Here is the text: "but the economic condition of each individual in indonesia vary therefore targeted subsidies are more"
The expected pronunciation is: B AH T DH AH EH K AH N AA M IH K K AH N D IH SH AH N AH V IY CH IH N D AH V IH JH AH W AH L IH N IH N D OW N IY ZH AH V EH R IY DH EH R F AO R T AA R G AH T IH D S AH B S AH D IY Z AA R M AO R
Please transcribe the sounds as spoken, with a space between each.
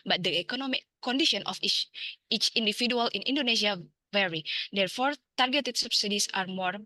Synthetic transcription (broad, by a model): B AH T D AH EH K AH N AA M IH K K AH N D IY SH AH N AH F IY CH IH N D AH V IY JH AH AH L IH N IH N D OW N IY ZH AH V EH R IY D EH R F AO R T AA R G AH T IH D S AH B S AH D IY S AA R M AO R